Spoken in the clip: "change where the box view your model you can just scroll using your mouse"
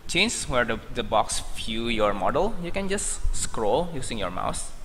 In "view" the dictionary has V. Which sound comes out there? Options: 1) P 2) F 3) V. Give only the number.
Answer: 2